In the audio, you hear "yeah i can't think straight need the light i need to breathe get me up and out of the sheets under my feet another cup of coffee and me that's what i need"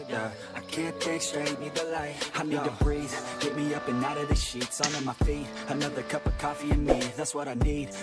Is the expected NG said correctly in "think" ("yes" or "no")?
no